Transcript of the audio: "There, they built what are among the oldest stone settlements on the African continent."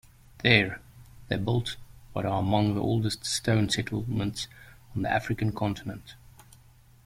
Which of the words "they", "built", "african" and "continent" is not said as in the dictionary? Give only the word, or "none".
none